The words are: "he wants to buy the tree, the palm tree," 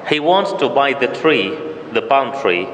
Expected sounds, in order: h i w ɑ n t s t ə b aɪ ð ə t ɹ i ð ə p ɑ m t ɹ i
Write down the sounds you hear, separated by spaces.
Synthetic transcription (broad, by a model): h i w ɑ n t s t ə b aɪ ð ə t ɹ i ð ə b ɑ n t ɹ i